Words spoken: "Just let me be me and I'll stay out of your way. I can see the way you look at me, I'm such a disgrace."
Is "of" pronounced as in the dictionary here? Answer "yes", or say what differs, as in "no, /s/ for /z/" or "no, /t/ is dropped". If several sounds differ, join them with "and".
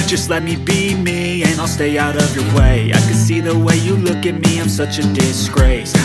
yes